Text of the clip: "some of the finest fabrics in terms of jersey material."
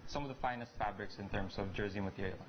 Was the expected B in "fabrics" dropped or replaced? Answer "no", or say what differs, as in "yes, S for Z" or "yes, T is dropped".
no